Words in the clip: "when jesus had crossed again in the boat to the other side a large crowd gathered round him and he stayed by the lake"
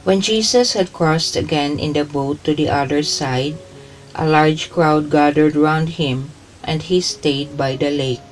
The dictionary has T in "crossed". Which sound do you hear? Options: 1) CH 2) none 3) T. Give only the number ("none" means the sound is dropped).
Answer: 3